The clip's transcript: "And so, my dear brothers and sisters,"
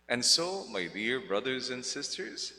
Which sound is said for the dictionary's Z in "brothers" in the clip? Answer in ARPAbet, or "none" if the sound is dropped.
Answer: Z